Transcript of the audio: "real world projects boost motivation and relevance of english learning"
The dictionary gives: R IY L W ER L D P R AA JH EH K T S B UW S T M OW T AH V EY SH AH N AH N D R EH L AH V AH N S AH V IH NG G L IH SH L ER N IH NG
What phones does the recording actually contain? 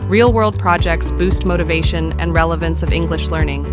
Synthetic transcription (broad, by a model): R IY L W ER L D P R AA JH EH K T S B UW S T M OW T AH V EY SH AH N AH N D R EH L AH V AH N S AH V IH NG G L IH SH L ER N IH NG